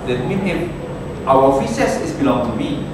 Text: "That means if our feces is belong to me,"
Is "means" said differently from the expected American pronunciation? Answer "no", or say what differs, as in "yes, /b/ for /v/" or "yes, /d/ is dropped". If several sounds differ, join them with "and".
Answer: yes, /z/ is dropped